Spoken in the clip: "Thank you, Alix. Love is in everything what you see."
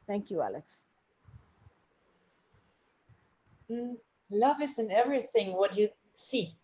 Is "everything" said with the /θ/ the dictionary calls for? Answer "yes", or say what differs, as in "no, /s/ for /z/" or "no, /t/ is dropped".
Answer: yes